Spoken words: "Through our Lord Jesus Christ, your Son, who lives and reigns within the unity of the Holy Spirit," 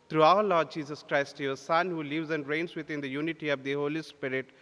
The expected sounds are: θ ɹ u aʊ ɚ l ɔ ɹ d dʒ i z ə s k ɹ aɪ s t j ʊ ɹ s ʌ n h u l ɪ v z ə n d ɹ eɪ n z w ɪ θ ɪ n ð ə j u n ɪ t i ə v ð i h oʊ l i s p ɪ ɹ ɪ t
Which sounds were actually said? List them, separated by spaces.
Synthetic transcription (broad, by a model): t ɹ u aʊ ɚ l ɔ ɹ d dʒ i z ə s k ɹ aɪ s t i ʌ s ʌ n h u l ɪ v z ə n d ɹ eɪ n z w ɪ t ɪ n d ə j u n ɪ t i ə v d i h oʊ l i s p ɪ ɹ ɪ t